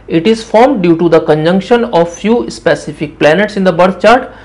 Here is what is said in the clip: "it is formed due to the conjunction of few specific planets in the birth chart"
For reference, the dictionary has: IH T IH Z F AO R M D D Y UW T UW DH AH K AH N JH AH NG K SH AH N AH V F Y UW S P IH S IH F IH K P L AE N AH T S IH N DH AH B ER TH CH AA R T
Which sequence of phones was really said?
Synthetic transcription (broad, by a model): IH T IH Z F AO R M D D Y UW T UW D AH K AH N JH AH NG K SH AH N AH V F Y UW S P IH S IH F IH K P L AE N AH T S IH N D AH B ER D CH AA R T